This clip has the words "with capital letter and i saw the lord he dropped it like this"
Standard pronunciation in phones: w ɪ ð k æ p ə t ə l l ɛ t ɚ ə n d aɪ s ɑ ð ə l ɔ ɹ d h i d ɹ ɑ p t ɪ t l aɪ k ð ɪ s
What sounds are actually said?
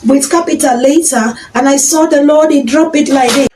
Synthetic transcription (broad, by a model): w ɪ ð k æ p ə t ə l l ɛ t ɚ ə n aɪ s ɑ ð ə l ɔ d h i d ɹ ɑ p ɪ t l aɪ k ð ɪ